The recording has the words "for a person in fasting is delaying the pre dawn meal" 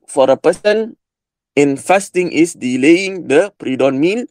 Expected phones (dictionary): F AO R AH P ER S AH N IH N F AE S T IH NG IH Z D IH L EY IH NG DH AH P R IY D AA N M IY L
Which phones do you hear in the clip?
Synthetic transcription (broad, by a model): F AO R AH P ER S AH N IH N F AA S T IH NG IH S D IH L EY IH NG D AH P R IY D AA N M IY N